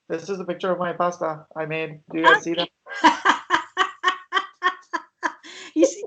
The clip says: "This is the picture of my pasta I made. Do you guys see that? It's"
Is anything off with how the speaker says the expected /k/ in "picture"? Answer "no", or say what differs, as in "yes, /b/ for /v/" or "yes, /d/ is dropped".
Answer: no